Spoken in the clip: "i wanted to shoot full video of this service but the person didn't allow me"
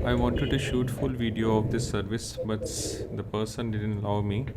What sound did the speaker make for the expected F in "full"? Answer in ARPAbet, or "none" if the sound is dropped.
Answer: F